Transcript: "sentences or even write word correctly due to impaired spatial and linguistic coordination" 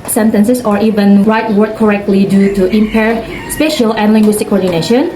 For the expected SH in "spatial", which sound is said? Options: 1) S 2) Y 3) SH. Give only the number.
3